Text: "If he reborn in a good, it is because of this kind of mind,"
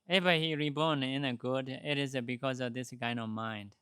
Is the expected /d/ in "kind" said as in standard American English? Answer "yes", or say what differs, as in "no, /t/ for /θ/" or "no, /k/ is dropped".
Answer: no, /d/ is dropped